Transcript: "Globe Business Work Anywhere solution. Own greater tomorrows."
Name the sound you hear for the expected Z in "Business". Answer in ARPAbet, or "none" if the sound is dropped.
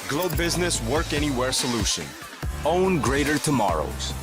Z